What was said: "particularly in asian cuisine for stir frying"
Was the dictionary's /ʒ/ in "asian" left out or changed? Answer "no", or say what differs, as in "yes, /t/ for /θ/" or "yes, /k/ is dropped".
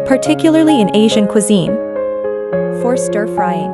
no